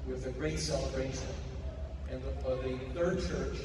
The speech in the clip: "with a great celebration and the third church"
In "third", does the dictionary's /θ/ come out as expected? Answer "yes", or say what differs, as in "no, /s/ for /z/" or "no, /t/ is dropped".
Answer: yes